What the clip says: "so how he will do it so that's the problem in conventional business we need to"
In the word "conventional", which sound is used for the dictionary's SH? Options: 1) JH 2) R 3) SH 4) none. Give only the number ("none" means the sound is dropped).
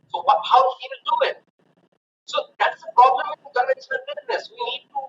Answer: 4